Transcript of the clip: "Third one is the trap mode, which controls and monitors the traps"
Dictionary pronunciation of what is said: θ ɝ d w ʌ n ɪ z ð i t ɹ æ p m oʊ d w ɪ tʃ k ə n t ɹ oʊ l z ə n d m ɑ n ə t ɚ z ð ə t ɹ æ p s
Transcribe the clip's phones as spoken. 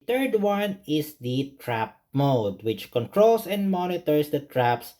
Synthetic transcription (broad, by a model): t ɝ d w ʌ n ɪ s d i t ɹ æ p m oʊ d w ɪ tʃ k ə n t ɹ oʊ l s ə n d m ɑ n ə t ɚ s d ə t ɹ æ p s